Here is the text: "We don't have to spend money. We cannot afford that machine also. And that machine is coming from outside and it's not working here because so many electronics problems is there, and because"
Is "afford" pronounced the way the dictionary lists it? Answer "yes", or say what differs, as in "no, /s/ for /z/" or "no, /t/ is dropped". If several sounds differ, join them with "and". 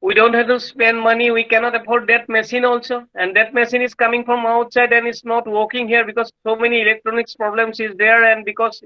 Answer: no, /p/ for /f/